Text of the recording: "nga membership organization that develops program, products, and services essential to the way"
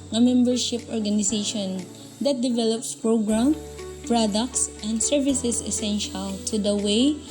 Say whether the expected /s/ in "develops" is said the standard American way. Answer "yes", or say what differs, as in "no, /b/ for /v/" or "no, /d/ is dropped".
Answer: yes